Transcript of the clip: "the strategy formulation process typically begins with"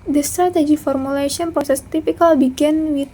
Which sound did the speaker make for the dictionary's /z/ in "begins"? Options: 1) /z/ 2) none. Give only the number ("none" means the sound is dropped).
2